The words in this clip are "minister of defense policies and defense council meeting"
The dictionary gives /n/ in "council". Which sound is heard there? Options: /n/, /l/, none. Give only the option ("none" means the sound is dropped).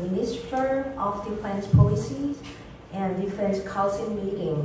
/l/